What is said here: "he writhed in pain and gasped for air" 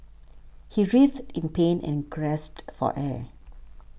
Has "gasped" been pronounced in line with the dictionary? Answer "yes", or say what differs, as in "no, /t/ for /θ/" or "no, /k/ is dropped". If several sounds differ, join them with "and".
no, /p/ is dropped